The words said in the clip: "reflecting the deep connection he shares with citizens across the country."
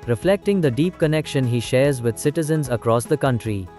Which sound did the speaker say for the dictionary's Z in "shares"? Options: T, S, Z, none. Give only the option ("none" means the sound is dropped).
Z